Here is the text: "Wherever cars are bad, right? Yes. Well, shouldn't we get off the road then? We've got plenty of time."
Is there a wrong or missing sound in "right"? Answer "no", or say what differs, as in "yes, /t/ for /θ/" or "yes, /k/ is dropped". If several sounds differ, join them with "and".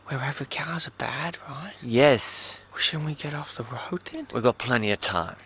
no